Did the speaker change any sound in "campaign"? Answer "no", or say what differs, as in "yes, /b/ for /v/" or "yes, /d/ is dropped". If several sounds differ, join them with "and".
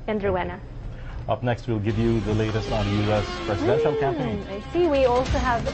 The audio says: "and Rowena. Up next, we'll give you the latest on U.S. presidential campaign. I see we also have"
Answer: yes, /p/ is dropped